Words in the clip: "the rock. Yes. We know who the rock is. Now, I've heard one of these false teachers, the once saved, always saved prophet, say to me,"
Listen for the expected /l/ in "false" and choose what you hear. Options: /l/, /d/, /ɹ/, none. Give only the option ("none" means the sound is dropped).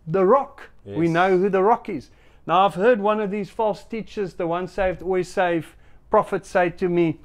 /l/